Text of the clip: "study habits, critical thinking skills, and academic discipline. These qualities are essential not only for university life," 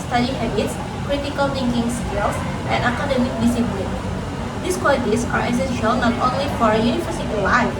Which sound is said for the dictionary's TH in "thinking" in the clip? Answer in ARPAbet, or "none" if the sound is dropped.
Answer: T